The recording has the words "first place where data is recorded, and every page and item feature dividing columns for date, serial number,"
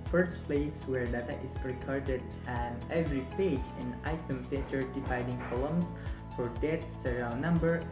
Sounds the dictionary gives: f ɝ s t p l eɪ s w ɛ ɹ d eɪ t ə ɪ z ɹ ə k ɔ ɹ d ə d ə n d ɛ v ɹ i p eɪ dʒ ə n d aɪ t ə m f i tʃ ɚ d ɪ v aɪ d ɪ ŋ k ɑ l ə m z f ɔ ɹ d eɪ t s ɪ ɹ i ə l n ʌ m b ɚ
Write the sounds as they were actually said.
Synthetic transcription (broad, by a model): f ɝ s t p l eɪ s w ɛ ɹ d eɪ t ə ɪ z ɹ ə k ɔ ɹ d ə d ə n ɛ v ɹ i p eɪ dʒ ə n aɪ t ə m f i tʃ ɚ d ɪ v aɪ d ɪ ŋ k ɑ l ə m s f ɔ ɹ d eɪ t s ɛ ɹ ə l n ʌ m b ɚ